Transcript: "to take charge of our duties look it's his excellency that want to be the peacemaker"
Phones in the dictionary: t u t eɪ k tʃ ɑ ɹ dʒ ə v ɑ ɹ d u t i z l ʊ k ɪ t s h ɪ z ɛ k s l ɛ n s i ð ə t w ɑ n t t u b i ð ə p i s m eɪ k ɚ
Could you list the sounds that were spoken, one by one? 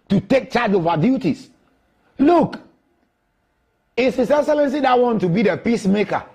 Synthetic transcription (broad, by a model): t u t eɪ k tʃ ɑ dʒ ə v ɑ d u t i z l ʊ k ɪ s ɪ s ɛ s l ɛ n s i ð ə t w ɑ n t t u b i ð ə p i s m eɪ k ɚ